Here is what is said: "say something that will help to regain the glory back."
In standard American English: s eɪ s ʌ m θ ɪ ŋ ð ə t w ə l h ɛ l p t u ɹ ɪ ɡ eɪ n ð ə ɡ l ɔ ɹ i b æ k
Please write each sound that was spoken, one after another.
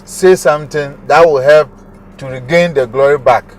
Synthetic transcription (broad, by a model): s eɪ s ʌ m t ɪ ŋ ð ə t w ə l h ɛ l p t u ɹ ɪ ɡ eɪ n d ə ɡ l ɔ ɹ i b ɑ k